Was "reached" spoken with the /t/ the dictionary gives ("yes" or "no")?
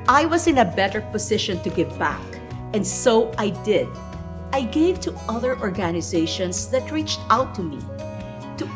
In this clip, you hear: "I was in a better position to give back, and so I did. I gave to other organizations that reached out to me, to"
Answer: yes